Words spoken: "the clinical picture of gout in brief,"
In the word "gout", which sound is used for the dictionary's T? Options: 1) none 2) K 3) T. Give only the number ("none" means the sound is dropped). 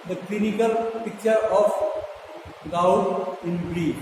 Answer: 1